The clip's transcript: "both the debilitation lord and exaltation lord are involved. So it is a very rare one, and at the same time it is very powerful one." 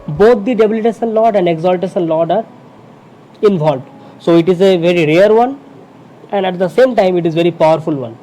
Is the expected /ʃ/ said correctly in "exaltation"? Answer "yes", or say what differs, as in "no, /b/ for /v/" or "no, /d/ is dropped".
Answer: no, /s/ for /ʃ/